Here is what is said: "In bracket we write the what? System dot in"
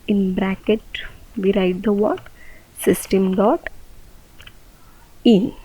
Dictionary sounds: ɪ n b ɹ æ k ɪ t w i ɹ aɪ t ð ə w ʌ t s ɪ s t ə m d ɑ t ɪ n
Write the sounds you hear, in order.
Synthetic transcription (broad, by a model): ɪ n b ɹ æ k ɪ t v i ɹ aɪ t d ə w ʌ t s ɪ s t ə m d ɑ t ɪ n